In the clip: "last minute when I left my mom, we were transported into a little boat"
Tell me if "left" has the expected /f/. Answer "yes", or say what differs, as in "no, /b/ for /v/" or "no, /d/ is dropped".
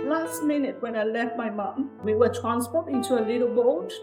yes